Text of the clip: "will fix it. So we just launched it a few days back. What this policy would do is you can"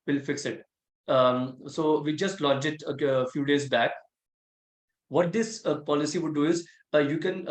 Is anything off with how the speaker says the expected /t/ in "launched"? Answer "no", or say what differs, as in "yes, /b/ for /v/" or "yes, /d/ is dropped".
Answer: yes, /t/ is dropped